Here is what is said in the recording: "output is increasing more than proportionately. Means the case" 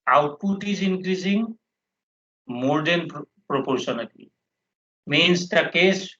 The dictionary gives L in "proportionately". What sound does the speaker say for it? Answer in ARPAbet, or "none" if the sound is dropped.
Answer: none